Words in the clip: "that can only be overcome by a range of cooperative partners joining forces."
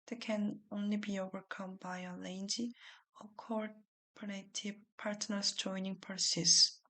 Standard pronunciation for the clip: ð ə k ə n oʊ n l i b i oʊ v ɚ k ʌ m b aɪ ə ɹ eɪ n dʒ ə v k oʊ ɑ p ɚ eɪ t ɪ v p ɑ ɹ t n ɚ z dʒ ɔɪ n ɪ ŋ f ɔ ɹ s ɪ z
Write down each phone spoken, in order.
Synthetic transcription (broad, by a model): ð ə k ə n oʊ n l i b i oʊ v ɚ k ʌ m b aɪ ə l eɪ n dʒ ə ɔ k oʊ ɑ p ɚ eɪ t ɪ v p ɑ ɹ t n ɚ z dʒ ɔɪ n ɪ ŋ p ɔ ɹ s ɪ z